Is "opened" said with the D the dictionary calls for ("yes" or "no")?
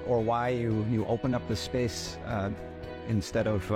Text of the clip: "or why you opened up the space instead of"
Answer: no